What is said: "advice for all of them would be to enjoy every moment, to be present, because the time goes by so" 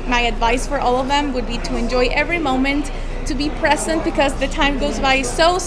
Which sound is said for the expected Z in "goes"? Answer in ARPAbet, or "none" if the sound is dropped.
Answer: Z